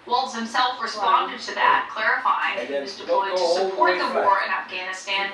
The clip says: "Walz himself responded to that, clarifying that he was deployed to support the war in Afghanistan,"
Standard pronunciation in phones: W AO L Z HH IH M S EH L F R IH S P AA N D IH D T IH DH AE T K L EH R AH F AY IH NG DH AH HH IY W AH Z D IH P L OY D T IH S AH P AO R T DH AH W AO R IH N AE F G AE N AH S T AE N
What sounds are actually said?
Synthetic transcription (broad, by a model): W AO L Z HH IH M S EH L F R IH S P AA N D IH D T IH DH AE T K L EH R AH F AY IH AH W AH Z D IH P OY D T IH S AH P AO R T DH AH W AO R IH N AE F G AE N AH S T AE N